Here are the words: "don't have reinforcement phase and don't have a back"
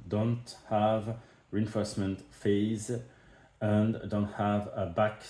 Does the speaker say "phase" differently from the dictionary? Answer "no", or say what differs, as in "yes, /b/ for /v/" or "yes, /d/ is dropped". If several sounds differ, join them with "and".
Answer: no